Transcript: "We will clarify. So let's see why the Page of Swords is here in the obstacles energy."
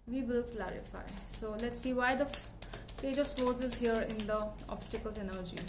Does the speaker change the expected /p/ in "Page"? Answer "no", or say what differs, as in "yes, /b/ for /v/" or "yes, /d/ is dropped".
yes, /f/ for /p/